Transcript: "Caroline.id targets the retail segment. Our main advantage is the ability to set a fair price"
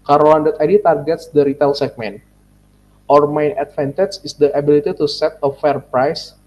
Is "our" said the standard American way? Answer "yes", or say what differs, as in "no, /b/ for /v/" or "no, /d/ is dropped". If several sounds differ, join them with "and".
yes